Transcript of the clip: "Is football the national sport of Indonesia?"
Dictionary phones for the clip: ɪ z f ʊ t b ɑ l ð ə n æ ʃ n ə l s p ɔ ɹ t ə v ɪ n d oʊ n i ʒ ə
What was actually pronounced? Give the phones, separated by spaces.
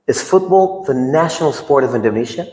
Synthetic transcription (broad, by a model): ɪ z f ʊ t b ɑ l ð ə n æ ʃ n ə l s p ɔ ɹ t ə v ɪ n d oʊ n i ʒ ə